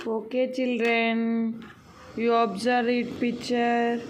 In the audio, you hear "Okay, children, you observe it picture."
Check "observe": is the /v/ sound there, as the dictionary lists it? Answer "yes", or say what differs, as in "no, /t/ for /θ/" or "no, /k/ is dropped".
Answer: no, /v/ is dropped